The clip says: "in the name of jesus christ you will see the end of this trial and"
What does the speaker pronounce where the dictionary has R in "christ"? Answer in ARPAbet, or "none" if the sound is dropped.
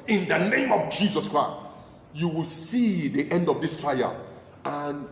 R